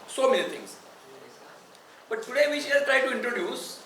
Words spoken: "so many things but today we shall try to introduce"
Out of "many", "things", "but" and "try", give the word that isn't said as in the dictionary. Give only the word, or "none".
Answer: things